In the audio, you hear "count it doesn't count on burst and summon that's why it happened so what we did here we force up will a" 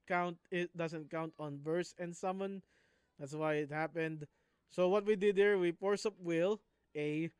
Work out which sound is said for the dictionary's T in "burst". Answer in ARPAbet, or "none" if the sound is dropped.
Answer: none